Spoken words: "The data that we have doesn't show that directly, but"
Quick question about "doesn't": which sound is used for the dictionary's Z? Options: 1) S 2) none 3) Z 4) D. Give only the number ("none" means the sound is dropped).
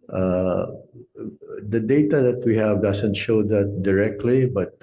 1